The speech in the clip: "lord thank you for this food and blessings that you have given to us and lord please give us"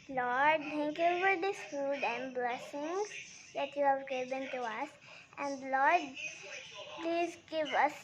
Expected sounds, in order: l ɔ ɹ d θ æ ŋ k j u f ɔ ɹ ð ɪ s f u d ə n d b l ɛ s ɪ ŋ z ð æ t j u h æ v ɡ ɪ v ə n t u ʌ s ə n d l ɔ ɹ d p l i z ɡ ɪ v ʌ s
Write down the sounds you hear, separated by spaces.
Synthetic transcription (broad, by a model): l ɔ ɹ d t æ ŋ k j u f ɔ ɹ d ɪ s f u d ə n d b l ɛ s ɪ ŋ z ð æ t j u h æ v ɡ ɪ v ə n t u ʌ s ə n d l ɔ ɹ d p l i z ɡ ɪ v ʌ s